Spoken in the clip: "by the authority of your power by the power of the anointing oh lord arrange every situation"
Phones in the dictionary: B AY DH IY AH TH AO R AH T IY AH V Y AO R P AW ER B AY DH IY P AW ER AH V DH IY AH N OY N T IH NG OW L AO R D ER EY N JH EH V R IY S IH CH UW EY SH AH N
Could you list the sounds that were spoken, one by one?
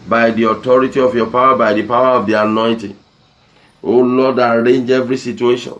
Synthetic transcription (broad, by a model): B AY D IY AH T AO R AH T IY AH F Y AO P AW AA B AY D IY P AW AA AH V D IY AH N OY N T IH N OW L AO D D EY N JH EH V R IY S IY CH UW EY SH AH N